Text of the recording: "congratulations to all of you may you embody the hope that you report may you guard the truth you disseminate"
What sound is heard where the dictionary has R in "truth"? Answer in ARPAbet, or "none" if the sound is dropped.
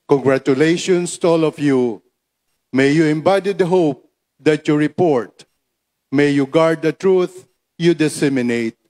R